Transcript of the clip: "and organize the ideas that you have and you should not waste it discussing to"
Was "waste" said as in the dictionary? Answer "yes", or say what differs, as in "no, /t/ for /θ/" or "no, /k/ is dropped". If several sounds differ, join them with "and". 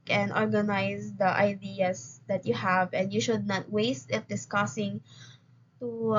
yes